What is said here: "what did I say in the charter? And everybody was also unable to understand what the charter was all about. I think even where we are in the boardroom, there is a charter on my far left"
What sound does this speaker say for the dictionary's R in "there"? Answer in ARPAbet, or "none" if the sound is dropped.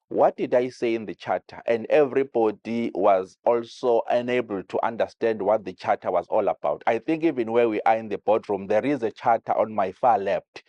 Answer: R